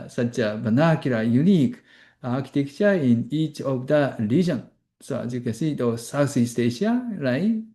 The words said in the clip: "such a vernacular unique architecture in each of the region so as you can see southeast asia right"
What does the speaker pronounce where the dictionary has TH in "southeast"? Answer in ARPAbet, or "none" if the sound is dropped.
S